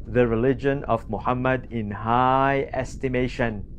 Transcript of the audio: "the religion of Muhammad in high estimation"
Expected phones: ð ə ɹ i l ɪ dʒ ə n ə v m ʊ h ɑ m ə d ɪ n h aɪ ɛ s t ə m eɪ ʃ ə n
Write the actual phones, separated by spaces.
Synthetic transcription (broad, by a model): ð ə ɹ i l ɪ dʒ ə n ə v m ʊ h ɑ m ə d ɪ n h aɪ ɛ s t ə m eɪ ʃ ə n